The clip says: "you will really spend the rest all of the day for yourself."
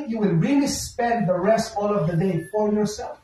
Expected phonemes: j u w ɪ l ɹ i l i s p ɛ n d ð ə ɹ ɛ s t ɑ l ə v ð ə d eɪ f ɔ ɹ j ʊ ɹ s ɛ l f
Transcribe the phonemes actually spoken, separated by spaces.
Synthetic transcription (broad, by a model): j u w ɪ l ɹ i l i s p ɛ n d ð ə ɹ ɛ s t ɑ l ə v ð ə d eɪ f ɔ ɹ j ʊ ɹ s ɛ l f